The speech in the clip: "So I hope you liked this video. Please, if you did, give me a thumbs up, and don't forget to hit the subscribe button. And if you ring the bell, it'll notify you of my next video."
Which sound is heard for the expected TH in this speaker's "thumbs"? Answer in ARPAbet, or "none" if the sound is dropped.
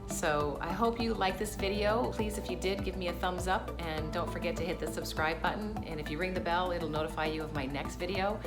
TH